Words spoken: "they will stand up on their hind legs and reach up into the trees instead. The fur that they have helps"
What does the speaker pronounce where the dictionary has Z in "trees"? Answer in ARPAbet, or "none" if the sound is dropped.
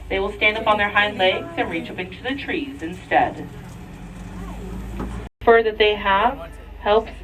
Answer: Z